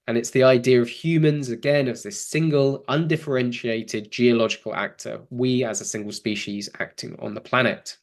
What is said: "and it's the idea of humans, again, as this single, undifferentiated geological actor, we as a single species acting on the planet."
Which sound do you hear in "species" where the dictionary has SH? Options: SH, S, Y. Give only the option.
SH